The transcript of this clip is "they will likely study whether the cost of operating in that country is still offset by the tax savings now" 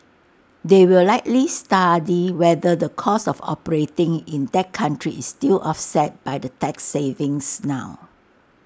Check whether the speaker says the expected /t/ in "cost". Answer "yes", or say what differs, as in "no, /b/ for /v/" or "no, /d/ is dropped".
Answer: no, /t/ is dropped